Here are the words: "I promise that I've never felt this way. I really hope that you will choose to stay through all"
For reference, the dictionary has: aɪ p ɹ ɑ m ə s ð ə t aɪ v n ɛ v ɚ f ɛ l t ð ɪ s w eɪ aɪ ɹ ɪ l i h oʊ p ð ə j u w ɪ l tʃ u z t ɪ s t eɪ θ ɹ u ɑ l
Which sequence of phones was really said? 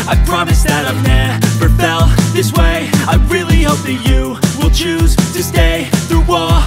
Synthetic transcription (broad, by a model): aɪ p ɹ ɑ m ə s ð ə t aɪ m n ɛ f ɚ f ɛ l ð ɪ s w eɪ aɪ ɹ ɪ l i h oʊ p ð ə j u w ɪ l tʃ u z t ɪ s t eɪ θ ɹ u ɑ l